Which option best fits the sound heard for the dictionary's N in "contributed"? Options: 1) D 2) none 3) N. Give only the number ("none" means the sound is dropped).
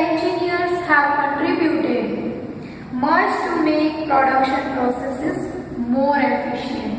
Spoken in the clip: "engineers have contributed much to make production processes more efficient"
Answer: 2